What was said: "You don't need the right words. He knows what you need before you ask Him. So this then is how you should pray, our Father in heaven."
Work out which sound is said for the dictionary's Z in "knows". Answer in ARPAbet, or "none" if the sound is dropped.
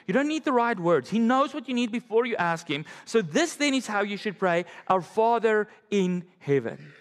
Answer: Z